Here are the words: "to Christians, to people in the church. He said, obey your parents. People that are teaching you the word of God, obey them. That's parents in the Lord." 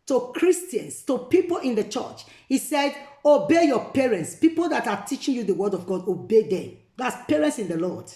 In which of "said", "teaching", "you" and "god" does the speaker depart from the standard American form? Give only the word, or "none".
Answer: none